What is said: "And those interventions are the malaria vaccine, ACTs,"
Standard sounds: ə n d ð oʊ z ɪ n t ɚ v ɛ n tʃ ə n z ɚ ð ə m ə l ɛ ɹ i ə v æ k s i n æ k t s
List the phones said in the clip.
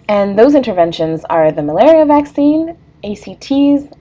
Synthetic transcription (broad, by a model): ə n ð oʊ z ɪ n t ɚ v ɛ n ʃ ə n z ɚ ð ə m ə l ɛ ɹ i ə v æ k s i n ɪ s t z